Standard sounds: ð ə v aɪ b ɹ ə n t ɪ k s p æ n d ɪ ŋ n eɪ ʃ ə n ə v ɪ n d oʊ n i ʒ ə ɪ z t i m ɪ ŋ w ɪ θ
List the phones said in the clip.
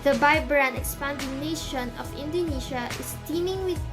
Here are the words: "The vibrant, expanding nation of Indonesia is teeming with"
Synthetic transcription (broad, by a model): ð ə b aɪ b ɹ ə n ɪ k s p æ n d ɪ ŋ n eɪ ʃ ə n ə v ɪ n d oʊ n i ʃ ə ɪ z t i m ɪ ŋ w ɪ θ